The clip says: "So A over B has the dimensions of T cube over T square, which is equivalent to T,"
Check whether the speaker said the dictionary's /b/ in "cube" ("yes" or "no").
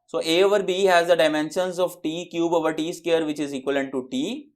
yes